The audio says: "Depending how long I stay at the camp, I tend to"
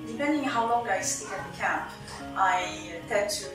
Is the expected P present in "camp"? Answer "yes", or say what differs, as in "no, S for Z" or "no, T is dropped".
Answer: yes